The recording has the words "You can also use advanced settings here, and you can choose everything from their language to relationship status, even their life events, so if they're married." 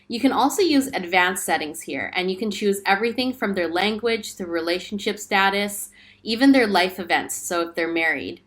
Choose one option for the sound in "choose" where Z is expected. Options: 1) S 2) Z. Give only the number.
2